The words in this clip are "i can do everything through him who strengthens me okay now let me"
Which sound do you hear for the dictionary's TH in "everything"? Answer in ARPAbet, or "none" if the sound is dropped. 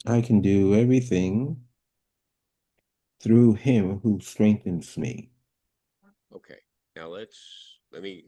TH